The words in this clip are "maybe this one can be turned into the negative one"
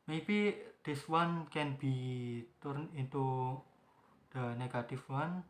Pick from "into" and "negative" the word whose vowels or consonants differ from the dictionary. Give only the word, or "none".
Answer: negative